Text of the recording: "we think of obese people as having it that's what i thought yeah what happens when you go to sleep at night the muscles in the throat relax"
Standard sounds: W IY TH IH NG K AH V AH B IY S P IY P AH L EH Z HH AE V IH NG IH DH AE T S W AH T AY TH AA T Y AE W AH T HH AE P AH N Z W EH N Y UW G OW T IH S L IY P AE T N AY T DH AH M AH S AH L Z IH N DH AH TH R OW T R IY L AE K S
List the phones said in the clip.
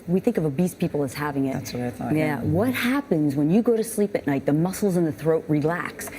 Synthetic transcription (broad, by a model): W IY TH IH NG K AH V AH B IY S P IY P L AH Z HH AE V IH NG IH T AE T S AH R AY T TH Y AE W AH T HH AE P AH N Z W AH N Y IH G OW T IH S L IY P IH T N AY T DH AH M AH S L Z IH N DH AH TH R OW T R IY L AE K S